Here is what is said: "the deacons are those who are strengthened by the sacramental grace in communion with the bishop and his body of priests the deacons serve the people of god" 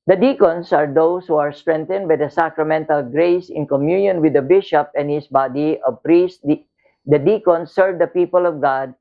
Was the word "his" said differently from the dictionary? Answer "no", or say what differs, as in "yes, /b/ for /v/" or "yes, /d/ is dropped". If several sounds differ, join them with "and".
yes, /s/ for /z/